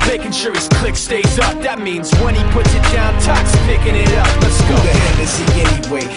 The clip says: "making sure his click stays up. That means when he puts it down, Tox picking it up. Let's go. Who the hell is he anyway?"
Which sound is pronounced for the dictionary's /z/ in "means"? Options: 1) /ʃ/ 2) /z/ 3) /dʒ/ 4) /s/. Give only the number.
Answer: 2